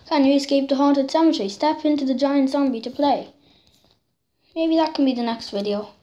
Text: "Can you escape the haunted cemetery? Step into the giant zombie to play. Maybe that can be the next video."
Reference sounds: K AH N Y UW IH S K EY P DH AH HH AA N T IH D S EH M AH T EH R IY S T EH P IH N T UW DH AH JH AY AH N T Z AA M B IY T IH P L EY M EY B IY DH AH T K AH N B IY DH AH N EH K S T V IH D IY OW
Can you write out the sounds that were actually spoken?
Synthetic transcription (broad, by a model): K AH N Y IH S K EY P DH AH HH AA T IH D S EH M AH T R IY S T EH P IH N T UW DH AH JH AY AH N T S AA M B IY T IH P L EY M EY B IY DH AH T K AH N B IY DH AH N EH K S T V IH D IY OW